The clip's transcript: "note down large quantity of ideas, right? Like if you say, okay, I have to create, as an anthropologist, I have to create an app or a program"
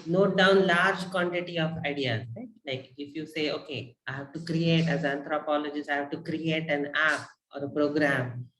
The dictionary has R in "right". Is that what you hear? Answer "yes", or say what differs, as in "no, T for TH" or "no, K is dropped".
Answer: no, L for R